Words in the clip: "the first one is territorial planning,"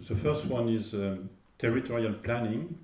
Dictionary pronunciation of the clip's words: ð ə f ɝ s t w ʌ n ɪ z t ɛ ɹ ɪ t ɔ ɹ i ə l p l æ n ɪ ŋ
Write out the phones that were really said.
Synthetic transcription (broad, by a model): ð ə f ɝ s t w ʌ n ɪ z t ɛ ɹ ɪ t ɔ ɹ i ə l p l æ n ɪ ŋ